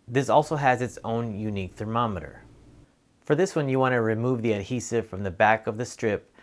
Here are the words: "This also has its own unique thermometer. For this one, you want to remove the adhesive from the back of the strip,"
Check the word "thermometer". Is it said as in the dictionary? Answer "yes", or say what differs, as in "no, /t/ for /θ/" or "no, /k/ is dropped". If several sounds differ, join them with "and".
yes